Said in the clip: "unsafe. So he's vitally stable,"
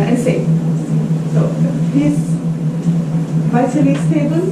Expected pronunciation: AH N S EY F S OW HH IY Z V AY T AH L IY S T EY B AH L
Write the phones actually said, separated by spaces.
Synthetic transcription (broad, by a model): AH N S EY S OW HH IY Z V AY S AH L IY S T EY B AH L